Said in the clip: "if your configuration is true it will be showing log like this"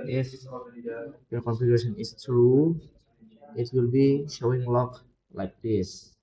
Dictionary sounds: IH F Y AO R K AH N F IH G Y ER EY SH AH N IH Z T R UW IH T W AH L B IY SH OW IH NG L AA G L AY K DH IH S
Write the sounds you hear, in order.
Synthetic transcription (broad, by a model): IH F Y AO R K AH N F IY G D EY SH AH N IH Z T R UW IH T W AH L B IY SH OW IH NG L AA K L AY K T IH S